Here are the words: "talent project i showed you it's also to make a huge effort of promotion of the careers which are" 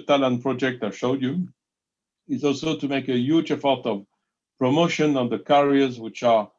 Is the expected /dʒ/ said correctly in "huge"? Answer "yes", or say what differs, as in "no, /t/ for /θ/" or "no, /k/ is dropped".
yes